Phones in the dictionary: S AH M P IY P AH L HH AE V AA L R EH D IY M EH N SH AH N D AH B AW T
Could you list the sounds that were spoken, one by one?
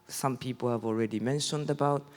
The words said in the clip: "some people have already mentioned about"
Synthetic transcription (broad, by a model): S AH M P IY P AH L HH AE V AA L R EH D IY M EH N SH AH N D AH B AW T